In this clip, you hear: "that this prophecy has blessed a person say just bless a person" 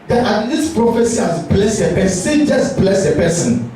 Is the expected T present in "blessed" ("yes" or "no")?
no